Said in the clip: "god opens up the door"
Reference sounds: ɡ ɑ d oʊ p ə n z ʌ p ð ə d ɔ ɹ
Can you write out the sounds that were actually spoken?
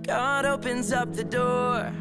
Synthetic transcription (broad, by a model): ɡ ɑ d oʊ p ə n z ʌ p ð ə d ɔ ɹ